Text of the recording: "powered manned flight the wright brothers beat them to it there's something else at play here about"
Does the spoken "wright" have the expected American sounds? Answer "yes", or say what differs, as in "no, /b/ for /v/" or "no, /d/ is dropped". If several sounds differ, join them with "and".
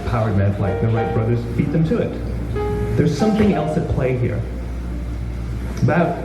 no, /l/ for /ɹ/